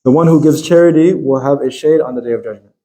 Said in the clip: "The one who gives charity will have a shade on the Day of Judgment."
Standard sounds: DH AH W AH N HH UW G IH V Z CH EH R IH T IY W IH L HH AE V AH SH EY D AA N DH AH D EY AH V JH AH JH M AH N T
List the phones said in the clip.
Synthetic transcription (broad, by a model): DH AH W AH N HH UW G IH V Z CH EH R IH T IY W IH L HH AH V AH SH EY D N DH AH D EY AH V JH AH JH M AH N